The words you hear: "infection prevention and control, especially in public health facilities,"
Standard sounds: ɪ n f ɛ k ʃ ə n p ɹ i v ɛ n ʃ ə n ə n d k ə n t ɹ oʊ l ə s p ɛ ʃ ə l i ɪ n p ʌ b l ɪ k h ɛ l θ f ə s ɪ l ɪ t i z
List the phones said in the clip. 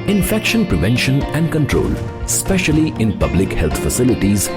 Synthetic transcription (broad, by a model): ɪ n f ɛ k ʃ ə n p ɹ i v ɛ n ʃ ə n ə n d k ə n t ɹ oʊ l s p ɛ ʃ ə l i ɪ n p ʌ b l ɪ k h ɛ l t f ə s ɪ l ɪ t i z